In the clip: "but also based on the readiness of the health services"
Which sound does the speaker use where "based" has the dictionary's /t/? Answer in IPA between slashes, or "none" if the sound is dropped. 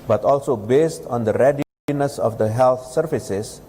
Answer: /t/